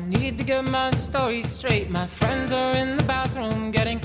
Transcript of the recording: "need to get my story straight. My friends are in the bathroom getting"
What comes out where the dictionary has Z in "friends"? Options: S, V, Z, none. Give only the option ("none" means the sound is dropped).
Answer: Z